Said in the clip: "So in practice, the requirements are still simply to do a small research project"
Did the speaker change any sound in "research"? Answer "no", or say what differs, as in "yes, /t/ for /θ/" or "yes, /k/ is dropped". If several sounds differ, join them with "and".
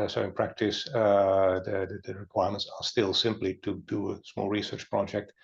no